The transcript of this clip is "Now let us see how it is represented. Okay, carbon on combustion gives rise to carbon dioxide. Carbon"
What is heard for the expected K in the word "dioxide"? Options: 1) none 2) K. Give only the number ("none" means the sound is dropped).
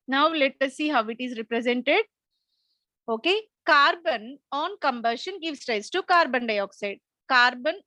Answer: 2